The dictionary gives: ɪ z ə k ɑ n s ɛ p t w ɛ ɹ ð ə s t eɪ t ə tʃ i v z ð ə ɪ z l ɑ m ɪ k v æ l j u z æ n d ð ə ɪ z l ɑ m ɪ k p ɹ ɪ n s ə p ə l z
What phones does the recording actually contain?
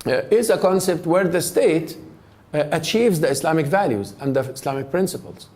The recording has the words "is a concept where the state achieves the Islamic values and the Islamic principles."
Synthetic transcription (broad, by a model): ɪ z ə k ɑ n s ɛ p t w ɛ ɹ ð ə s t eɪ t ə tʃ i v z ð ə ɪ s l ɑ m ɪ k v æ l j u z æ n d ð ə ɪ s l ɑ m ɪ k p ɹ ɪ n s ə p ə l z